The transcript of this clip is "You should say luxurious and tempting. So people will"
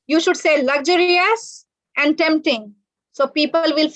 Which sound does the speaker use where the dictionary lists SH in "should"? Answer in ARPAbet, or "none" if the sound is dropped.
SH